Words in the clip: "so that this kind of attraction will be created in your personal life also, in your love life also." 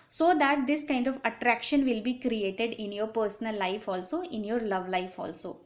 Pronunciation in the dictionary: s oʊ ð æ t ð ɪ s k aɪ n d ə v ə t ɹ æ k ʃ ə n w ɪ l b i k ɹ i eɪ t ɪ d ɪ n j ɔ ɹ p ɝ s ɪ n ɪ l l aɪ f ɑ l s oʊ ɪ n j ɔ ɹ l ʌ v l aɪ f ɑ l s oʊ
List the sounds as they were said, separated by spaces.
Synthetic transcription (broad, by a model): s oʊ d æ t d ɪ s k aɪ n d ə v ə t ɹ æ k ʃ ə n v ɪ l b i k ɹ i eɪ t ɪ d ɪ n j ɔ ɹ p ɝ s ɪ n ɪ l l aɪ f ɑ l s oʊ ɪ n j ɔ ɹ l ʌ v l aɪ f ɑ l s oʊ